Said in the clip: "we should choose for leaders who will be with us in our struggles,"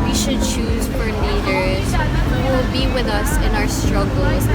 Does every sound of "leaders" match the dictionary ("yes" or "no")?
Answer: no